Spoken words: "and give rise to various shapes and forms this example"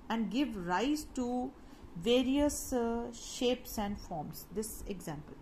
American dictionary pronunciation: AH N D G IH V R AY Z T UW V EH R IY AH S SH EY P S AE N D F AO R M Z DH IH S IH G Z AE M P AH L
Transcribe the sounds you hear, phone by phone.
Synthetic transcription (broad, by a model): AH N D G IH V R AY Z T UW V EH R IY AH S SH EY P S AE N D F AO R M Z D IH S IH G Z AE M P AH L